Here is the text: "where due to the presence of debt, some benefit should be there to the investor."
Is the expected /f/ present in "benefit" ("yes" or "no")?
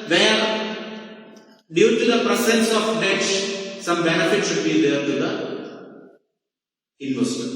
yes